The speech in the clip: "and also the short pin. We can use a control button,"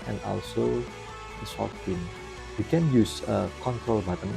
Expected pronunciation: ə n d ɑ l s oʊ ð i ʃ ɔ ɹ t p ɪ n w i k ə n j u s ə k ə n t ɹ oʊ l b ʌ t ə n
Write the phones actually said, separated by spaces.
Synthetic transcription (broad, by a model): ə n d ɑ l s oʊ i s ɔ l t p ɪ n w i k ə n j u s ə k ə n t ɹ oʊ l b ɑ t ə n